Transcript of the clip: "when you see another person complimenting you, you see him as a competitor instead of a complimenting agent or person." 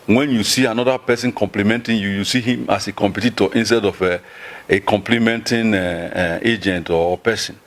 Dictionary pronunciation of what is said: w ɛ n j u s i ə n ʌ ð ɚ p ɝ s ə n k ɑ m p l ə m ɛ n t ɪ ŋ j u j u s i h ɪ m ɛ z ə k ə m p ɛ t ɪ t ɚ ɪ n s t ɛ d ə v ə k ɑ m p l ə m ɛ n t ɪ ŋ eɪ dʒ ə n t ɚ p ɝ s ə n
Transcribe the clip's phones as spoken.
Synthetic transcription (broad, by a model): w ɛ n j u s i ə n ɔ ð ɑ p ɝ s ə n k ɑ m p l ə m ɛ n t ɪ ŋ j u j u s i h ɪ m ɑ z ə k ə m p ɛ t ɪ t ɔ ɪ n s t ɛ d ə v ə k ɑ m p l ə m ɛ n t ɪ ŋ eɪ dʒ ə n t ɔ p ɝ s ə n